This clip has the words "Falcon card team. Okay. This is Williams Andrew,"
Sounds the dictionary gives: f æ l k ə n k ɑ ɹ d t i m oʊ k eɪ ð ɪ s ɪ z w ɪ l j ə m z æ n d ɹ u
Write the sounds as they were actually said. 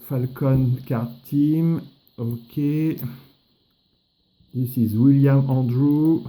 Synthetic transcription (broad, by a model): f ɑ l k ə n k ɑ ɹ t i m oʊ k eɪ ð ɪ s ɪ z w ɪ l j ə m ɑ d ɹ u